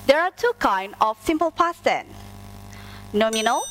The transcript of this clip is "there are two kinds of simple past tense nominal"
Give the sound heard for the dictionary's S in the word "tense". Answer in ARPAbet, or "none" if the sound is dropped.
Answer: none